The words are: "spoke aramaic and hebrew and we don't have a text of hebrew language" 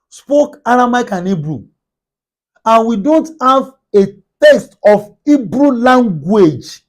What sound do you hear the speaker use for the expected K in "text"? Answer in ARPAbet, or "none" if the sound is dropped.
none